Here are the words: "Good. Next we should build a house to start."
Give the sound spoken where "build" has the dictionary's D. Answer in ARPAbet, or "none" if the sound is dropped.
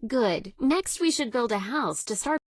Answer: D